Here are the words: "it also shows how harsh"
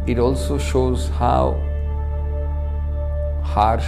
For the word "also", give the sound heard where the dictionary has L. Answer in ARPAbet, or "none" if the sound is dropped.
L